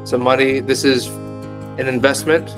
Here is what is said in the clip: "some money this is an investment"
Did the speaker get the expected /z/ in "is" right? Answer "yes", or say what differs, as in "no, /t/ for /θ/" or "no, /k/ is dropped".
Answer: yes